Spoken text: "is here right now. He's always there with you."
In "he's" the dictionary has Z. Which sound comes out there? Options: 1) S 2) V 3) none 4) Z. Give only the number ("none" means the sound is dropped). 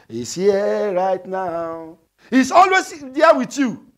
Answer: 1